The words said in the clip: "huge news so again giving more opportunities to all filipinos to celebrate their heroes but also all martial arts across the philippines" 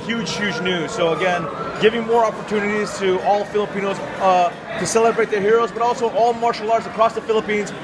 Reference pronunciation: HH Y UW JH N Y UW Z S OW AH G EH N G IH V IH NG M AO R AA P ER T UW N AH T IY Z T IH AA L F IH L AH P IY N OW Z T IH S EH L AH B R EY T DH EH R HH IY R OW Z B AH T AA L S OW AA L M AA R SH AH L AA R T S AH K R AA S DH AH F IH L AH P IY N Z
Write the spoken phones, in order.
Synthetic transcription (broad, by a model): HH Y UW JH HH Y UW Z S OW AH G EH N G IH V IH NG M AO R AA P ER T UW N AH T IY Z T IH AA L F IH L AH P IY N OW Z T IH S EH L AH B R EY T DH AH R HH IY R OW Z B AH T AA L S OW AA L M AA R SH L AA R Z AH K R AA S DH AH F IH L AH P IY N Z